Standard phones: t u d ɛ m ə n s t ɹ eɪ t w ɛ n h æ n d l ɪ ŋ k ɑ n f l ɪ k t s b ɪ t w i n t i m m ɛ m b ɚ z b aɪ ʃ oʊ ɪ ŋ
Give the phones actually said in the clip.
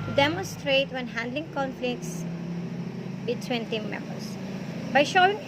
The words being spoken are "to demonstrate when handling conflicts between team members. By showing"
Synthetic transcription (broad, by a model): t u d ɛ m ə n s t ɹ eɪ t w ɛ n h æ n d l ɪ ŋ k ɑ n f l ɪ k t s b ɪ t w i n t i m m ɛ m b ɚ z b aɪ ʃ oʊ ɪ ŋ